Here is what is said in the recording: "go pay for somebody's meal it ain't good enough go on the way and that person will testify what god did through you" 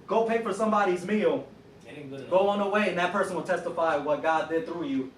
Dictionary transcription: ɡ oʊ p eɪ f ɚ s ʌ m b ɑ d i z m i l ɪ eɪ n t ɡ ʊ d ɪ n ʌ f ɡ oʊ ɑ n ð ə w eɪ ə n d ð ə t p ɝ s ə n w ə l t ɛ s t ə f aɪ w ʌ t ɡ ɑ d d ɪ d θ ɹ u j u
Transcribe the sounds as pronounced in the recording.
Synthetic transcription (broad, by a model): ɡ oʊ p eɪ f ɚ s ʌ m b ɑ d i z m i l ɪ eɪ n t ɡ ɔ ɪ ʌ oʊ n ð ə w eɪ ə n ð ə t p ɝ s ə n w ə l t ɛ s t ə f aɪ w ʌ t ɡ ɑ d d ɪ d θ ɹ u j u